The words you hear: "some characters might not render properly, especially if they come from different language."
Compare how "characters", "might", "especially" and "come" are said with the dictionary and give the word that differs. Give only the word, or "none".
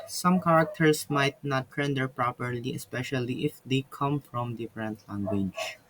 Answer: characters